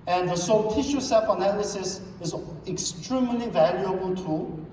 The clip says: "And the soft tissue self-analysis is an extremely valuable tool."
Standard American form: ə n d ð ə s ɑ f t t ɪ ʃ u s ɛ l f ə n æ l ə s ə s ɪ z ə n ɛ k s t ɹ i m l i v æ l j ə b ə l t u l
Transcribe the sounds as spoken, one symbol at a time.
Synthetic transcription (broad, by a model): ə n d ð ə s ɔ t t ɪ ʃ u s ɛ f ə n æ l ə s ə s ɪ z ɛ k s t ɹ i m l i v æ l j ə b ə l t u